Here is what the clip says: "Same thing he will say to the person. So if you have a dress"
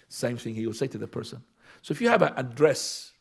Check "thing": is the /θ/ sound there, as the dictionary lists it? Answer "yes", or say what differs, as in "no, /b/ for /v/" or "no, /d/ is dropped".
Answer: yes